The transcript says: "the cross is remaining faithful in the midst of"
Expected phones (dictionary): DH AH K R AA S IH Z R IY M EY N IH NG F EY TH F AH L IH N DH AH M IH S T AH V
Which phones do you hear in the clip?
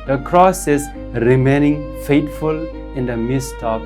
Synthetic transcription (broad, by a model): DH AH K R AA S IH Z R IY M EY N IH NG F EY T F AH L IH N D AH M IH S T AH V